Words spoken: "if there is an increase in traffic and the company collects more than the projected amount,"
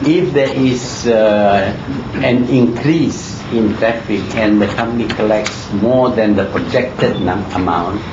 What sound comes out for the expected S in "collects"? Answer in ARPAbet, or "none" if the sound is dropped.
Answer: S